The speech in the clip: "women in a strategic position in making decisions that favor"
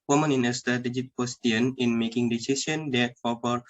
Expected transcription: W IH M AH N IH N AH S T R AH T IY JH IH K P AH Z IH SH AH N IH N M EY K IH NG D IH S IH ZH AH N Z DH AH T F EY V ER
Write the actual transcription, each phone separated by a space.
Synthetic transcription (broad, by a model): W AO M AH N IH N AH S T R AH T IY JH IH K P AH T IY AH N IH N M EY K IH NG D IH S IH S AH N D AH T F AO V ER